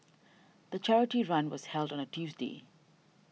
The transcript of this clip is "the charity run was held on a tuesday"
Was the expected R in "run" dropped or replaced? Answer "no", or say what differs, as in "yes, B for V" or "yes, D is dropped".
no